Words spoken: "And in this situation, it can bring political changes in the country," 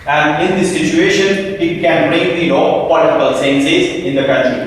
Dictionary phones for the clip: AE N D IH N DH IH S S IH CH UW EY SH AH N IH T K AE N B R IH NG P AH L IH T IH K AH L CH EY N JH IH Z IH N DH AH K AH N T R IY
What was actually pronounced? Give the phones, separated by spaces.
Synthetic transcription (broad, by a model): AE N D IH N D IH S S IH CH UW EY SH AH N IH T K AE N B R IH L P AH L IH T IH K AH L S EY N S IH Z IH N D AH K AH N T R IY